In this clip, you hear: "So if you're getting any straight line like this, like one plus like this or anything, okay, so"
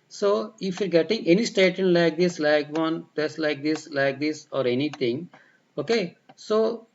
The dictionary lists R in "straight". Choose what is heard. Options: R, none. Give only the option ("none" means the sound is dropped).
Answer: none